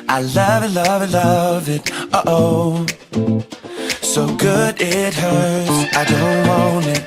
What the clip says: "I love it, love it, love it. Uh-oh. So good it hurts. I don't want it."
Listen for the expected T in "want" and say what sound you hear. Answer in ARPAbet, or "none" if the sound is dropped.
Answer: none